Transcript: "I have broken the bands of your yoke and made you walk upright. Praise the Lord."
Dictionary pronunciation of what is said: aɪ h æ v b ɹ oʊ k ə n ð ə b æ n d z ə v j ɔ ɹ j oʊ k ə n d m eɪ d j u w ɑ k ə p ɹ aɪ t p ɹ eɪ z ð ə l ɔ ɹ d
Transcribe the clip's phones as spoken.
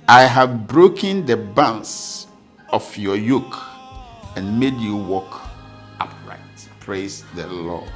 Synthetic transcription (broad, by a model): aɪ h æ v b ɹ oʊ k ə n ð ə b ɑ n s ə f j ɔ j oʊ k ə n m eɪ d j u w ɑ k ə p ɹ aɪ t p ɹ eɪ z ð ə l ɔ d